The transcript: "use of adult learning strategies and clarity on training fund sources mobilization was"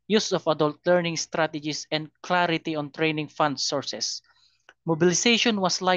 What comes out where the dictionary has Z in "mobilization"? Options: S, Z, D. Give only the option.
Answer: S